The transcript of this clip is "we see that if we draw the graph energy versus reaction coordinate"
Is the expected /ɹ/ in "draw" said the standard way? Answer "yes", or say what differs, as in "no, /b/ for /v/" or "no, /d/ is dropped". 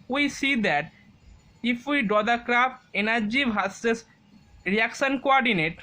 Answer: no, /ɹ/ is dropped